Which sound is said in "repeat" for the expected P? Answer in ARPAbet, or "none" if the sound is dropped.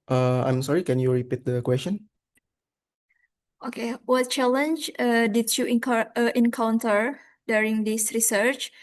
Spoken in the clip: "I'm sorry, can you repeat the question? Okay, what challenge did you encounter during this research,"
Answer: P